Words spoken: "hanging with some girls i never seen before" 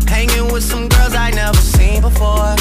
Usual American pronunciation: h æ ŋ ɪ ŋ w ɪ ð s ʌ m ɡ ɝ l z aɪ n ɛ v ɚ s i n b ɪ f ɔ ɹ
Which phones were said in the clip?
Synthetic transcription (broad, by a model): h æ ŋ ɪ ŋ w ɪ ð s ʌ m ɡ ɝ l z aɪ n ɛ v ɚ s i n b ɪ f ɔ ɹ